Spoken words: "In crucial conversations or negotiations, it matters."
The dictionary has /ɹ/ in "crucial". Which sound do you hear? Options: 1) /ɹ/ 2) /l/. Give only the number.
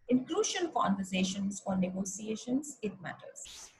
2